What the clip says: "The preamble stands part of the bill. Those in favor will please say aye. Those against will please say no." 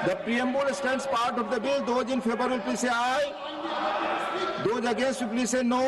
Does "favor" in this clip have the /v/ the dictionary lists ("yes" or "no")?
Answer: no